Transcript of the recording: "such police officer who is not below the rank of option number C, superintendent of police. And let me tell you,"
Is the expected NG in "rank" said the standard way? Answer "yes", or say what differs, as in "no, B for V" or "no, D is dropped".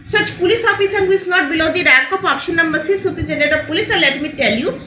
no, NG is dropped